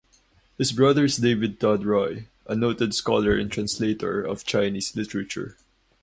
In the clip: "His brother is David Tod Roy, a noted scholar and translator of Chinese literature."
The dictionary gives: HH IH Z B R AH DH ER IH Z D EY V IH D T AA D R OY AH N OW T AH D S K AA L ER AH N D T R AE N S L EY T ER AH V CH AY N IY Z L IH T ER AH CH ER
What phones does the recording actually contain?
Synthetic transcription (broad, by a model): HH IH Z B R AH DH ER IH S D EY V IH D T AA D R OY AH N OW T AH D S K AA L ER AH N T R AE N S L EY T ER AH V CH AY N IY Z L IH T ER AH CH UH